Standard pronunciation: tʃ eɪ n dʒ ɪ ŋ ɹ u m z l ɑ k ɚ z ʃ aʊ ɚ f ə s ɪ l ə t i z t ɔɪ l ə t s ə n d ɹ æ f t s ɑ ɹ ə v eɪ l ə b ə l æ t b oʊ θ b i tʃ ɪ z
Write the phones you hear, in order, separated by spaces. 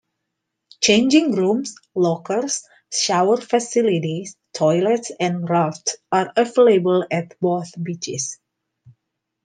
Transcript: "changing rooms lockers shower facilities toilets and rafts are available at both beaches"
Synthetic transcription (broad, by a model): tʃ eɪ n dʒ ɪ ŋ ɹ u m s l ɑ k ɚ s ʃ aʊ ɚ f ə s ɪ l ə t i s t ɔɪ l ə t s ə n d ɹ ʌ f t s ɑ ɹ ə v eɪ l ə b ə l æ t b oʊ θ b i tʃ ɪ s